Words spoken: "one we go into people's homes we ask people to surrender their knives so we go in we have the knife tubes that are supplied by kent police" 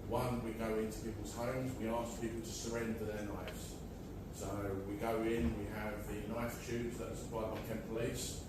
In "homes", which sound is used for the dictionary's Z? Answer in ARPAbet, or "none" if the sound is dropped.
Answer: Z